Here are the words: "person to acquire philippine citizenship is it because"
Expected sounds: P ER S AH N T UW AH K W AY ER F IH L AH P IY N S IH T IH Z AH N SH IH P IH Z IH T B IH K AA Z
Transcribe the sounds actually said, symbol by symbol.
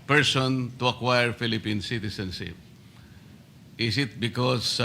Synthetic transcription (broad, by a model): P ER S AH N T UW AH K W AY ER F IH L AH P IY N S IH T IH S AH N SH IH P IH S IH T B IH K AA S